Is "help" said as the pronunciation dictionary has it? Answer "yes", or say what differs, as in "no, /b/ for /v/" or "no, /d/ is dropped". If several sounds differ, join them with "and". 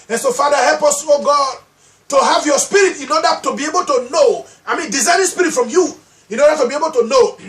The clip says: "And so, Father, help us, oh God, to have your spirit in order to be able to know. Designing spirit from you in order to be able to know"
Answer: yes